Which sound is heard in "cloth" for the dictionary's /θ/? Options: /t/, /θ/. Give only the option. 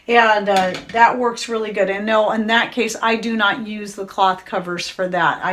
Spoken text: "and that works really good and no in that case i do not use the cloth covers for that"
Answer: /θ/